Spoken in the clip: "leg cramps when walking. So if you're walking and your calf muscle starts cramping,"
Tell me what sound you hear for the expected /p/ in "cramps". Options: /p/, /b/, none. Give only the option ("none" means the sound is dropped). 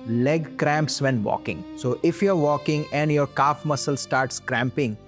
/p/